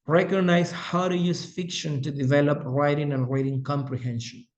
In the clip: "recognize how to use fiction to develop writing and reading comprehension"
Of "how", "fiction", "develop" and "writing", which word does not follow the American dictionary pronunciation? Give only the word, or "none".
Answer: none